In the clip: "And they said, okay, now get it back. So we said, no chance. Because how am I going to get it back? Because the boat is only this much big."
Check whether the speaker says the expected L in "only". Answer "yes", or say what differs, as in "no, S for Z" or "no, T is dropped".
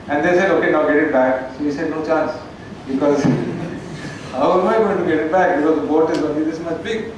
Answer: no, L is dropped